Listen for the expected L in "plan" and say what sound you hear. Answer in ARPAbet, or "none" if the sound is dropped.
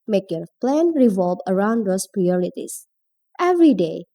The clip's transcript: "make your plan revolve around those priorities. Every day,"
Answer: L